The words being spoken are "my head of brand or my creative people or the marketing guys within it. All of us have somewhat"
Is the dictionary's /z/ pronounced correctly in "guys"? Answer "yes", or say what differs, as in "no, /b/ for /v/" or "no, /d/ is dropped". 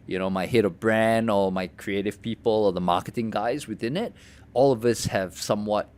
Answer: yes